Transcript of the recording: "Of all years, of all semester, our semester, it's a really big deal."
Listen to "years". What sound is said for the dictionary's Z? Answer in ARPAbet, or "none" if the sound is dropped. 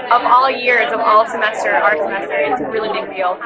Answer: Z